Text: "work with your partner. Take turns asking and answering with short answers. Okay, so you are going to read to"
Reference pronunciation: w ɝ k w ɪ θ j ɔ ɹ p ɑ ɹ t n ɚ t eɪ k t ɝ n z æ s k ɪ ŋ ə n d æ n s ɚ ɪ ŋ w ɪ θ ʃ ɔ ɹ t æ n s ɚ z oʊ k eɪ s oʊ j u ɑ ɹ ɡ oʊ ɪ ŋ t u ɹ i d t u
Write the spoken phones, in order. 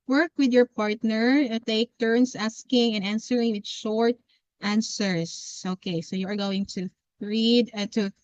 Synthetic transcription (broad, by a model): w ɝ k w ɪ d j ɔ ɹ p ɑ ɹ t n ɚ t eɪ k t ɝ n s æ s k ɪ ŋ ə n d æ n s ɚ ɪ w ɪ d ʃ ɔ ɹ t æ n s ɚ s oʊ k eɪ s oʊ j u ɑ ɹ ɡ oʊ ɪ ŋ t u ɹ i d t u